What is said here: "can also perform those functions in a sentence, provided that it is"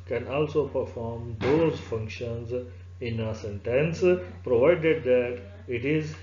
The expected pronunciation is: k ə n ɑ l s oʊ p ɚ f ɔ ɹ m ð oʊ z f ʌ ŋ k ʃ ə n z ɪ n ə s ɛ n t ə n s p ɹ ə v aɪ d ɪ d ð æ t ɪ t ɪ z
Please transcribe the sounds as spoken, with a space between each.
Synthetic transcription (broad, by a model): k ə n ɑ l s oʊ p ɚ f ɔ ɹ m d oʊ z f ʌ ŋ k ʃ ə n z ɪ n ə s ɛ n t ə n s p ɹ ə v aɪ d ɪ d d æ t ɪ t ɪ z